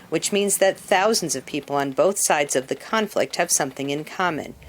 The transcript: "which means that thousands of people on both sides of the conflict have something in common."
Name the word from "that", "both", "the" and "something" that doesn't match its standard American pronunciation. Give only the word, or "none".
none